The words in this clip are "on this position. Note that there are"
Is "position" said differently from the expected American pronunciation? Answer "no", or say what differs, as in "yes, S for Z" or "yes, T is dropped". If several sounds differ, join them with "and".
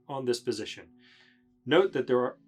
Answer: no